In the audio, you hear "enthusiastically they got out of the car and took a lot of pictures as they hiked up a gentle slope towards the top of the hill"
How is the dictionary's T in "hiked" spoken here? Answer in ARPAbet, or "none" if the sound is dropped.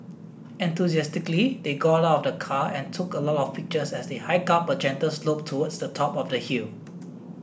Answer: none